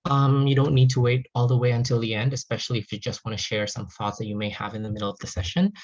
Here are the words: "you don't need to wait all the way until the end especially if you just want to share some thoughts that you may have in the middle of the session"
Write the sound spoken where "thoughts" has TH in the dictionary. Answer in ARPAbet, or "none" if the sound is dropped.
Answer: TH